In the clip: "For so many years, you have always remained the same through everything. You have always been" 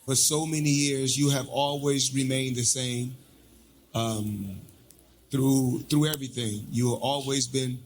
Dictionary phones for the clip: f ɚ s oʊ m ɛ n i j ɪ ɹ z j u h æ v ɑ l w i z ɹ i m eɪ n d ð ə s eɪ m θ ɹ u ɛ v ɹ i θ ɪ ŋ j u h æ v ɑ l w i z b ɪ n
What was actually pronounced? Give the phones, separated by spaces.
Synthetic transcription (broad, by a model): f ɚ s oʊ m ɛ n i j ɪ ɹ z j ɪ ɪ v ɑ l w i z ɹ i m eɪ n ð ə s eɪ m θ ɹ u ɛ v ɹ i θ ɪ ŋ j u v ɑ l w i z b ɪ n